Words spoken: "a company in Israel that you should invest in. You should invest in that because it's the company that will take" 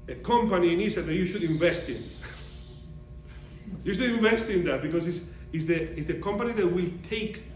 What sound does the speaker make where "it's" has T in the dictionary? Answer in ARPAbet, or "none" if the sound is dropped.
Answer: S